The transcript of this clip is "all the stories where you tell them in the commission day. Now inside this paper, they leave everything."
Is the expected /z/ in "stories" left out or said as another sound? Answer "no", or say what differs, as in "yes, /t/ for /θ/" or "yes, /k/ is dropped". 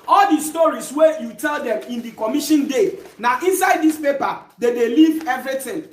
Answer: yes, /s/ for /z/